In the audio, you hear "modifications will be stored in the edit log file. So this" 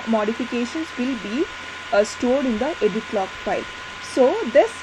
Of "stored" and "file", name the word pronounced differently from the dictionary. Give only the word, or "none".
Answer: none